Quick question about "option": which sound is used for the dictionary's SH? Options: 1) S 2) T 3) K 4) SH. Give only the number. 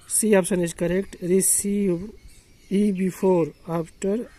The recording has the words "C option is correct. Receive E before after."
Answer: 1